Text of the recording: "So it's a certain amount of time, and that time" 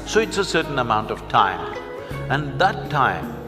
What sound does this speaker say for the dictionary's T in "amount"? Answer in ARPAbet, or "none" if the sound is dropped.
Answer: T